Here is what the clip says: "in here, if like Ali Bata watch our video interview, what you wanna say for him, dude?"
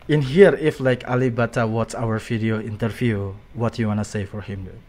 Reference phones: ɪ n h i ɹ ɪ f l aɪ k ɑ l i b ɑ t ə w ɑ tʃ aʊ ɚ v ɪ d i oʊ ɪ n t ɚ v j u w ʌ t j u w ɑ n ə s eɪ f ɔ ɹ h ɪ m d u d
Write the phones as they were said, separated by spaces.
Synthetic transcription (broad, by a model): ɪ n h i ɹ ɪ f l aɪ k ɑ l i b ɑ t ə w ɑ s aʊ ɚ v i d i oʊ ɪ n t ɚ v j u w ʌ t j u w ɑ n ə s eɪ f ɔ ɹ h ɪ m